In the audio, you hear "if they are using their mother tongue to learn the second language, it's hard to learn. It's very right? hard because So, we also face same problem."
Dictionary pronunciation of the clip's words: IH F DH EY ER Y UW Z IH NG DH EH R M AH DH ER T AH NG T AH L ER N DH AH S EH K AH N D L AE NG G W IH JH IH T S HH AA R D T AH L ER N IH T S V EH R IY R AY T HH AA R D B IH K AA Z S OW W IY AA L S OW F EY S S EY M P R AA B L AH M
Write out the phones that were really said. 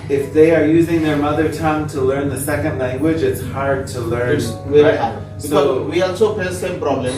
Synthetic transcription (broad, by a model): IH F DH EY ER Y UW Z IH NG DH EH R M AH DH ER T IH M T AH L ER N DH AH S EH K AH N D L AE NG G W IH JH IH T S HH AA R D T AH L ER N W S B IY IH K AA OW W IY AA L S OW P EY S S EY M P R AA B L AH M